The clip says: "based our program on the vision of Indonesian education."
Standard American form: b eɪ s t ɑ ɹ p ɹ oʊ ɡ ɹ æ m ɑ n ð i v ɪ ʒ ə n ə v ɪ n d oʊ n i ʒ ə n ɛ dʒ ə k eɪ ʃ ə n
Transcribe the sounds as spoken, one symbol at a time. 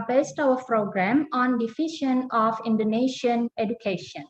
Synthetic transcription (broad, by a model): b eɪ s t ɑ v p ɹ oʊ ɡ ɹ æ m ɑ n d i f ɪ ʃ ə n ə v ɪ n d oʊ n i ʃ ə n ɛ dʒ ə k eɪ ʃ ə n